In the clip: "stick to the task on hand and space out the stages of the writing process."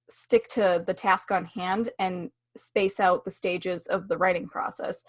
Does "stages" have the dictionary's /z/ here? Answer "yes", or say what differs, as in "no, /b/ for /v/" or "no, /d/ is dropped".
yes